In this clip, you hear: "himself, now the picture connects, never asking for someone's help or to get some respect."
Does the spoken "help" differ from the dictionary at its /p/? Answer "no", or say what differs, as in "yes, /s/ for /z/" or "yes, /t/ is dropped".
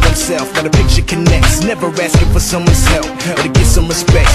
yes, /f/ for /p/